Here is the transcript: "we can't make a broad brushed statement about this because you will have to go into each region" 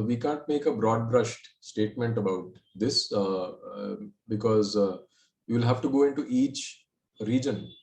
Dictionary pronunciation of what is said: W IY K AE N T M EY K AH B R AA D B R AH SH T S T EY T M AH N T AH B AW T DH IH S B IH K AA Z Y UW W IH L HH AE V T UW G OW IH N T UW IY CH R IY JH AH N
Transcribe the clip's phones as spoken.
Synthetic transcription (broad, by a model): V IY K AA N T M EY K AH B R AA D B R AH SH T S T EY T M AH N T AH B AW T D IH S B IH K AA Z Y UW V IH L HH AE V T UW G OW IH N T UW IY CH R IY JH AH N